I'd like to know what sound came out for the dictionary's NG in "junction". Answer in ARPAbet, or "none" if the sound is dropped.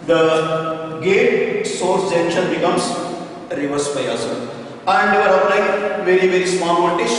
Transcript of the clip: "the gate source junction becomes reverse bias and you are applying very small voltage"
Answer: none